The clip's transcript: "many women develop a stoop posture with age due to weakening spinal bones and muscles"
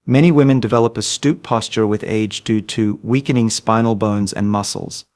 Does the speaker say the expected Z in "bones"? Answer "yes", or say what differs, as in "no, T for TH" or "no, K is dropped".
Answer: yes